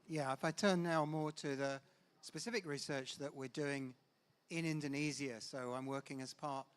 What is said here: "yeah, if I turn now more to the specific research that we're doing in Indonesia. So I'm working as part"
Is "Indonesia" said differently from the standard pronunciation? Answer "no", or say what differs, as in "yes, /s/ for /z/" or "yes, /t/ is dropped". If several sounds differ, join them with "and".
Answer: yes, /z/ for /ʒ/